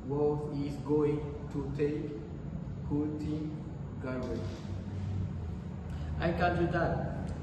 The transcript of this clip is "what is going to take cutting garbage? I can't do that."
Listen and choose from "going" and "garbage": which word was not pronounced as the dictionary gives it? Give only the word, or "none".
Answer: garbage